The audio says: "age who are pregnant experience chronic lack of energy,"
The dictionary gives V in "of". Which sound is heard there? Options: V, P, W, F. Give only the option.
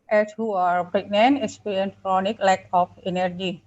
P